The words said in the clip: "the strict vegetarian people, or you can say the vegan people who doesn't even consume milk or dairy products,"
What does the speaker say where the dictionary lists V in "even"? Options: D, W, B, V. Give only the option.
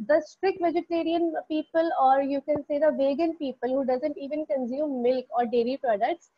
V